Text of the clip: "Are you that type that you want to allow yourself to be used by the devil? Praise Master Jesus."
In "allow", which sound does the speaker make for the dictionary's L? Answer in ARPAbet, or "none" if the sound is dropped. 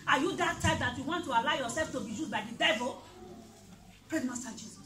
L